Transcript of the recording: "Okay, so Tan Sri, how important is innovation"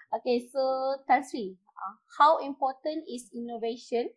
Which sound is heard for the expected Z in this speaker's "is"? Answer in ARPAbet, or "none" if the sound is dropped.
S